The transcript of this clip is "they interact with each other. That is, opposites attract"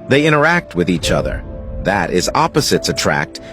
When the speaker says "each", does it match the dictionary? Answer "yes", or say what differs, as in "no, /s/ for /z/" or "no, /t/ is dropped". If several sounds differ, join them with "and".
yes